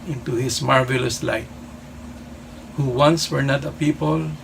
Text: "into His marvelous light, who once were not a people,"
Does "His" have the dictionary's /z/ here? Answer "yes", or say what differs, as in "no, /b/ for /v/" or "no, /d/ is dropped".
no, /s/ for /z/